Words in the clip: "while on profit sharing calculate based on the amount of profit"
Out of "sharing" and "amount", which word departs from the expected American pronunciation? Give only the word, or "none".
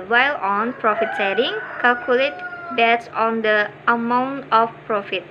sharing